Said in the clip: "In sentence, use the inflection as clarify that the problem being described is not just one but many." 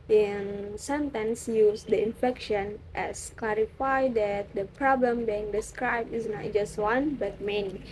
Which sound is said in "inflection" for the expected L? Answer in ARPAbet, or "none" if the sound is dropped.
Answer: none